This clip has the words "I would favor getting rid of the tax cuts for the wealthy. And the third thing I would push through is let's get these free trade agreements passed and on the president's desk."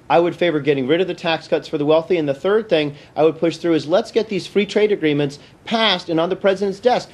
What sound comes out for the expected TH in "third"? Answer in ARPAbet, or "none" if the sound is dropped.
TH